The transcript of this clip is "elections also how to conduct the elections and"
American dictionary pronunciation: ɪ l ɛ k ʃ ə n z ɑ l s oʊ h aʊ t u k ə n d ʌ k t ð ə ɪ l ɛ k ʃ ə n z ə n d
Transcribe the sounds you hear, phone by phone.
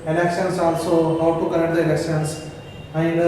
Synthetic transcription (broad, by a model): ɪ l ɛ k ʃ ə n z ɑ l s oʊ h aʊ t u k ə d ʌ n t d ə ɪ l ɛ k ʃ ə n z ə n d